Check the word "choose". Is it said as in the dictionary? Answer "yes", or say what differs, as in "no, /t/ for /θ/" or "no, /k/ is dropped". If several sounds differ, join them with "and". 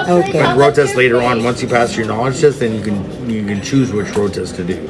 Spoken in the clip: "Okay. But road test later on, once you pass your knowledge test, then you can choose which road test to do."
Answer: yes